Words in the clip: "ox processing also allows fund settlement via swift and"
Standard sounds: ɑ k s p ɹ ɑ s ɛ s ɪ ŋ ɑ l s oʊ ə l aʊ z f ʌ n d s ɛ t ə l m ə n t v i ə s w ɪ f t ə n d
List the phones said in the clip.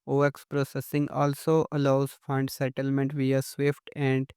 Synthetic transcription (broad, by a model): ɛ k s p ɹ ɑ s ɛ s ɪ ŋ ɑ l s oʊ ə l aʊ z f ʌ n d s ɛ t ə l m ə n t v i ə s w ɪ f t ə n d